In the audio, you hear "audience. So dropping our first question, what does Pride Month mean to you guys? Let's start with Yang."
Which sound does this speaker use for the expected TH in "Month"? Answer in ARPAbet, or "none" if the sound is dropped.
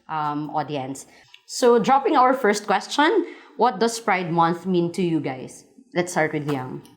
TH